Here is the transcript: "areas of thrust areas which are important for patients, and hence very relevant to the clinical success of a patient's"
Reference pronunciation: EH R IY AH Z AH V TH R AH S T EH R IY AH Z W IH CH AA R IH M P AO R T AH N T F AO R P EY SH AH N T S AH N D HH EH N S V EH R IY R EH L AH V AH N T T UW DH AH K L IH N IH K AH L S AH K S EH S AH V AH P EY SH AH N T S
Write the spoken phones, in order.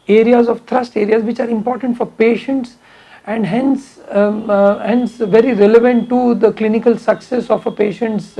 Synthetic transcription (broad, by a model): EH R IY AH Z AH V T R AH S T EH R IY AH Z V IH CH AA R IH M P AO R T AH N T F AO R P EY SH AH N T S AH N D HH EH N S V EH R IY R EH L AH V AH N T T UW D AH K L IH N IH K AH L S AH K S EH S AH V AH P EY SH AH N T S